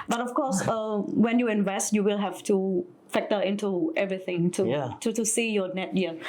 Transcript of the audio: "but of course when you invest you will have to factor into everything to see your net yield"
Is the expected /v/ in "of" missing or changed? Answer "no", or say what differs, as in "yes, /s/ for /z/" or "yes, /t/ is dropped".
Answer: yes, /f/ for /v/